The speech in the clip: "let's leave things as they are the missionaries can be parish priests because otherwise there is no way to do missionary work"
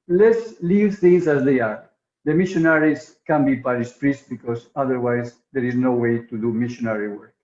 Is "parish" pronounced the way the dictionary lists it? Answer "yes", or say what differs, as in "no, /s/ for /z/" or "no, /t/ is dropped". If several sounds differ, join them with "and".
no, /s/ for /ʃ/